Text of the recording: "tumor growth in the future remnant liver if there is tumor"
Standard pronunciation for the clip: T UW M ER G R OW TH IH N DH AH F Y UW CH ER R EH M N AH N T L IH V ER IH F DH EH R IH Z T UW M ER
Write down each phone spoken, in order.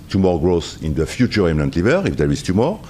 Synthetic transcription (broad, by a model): T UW M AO G R OW S IH N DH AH F Y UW CH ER R EH M N AH N T L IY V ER IH F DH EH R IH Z T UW M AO